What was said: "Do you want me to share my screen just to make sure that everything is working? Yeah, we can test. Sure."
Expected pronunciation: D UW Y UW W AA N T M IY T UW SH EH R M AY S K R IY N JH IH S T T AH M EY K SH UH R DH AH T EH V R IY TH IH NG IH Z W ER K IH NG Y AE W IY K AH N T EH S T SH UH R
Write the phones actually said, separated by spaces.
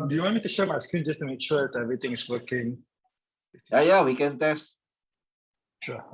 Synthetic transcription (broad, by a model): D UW Y UW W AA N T M IY T UW SH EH M AY S K R IY N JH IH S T T AH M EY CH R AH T EH V R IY T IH NG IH S W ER K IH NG Y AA W IY K AH N T EH S T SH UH